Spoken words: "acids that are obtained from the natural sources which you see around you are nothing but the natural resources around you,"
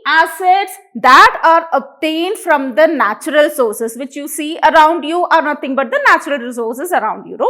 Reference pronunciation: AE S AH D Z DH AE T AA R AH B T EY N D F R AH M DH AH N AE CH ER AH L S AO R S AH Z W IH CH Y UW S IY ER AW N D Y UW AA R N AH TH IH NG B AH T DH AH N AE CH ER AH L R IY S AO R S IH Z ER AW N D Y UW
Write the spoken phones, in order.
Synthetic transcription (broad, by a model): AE S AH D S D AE T AA R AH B T EY N D F R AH M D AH N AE CH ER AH L S AO R S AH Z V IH CH Y UW S IY ER AW N D Y UW AA R N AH T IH NG B AH T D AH N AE CH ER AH L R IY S AO R S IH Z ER AW N D Y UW